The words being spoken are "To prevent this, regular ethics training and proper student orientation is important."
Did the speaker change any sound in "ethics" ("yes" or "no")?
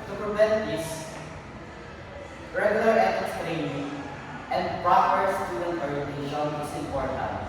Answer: yes